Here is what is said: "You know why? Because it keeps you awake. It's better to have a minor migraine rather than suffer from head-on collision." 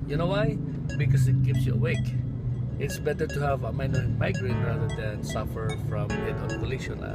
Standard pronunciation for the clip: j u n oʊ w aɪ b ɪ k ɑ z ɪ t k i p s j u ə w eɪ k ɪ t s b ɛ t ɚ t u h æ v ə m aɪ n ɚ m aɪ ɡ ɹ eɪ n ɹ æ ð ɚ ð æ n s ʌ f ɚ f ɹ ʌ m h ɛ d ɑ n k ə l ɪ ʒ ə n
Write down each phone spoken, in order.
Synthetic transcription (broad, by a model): j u n oʊ w aɪ b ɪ k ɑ s ɪ t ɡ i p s j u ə w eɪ k ɪ t s b ɛ t ɚ t u h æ v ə m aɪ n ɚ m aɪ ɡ ɹ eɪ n ɹ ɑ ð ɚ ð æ n s ʌ f ɚ f ɹ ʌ m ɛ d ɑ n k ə l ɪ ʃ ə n